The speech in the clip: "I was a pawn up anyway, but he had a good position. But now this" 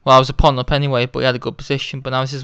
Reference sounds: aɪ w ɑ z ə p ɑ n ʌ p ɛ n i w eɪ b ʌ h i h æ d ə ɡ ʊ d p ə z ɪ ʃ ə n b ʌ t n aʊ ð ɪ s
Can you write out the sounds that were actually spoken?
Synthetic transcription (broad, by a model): aɪ w ɑ z ə p ɑ n ʌ p ɛ n i w eɪ b ʌ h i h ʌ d ə ɡ ʊ d p ə z ɪ ʃ ə n b ʌ t n aʊ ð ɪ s